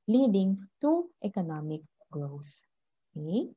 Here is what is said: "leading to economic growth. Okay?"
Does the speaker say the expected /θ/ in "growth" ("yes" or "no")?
no